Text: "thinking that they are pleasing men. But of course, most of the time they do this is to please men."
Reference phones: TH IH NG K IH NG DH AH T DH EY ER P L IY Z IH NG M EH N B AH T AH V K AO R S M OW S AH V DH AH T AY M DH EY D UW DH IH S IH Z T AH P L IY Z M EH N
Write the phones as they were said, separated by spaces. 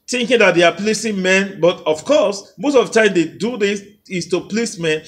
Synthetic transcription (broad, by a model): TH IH NG K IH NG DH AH T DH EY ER P L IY S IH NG M EH N B AH T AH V K AO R S M OW S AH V T AY M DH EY D UW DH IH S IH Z T AH P L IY S M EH N